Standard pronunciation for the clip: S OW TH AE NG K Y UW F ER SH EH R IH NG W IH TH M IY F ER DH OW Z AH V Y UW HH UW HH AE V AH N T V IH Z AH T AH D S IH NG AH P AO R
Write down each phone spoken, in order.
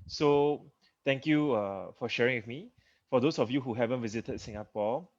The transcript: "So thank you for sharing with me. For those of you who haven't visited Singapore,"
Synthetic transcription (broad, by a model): S OW T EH NG K Y UW F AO SH EH R IH NG W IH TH M IY F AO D OW S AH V Y UW HH UW HH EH V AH N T V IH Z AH T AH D S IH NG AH P AO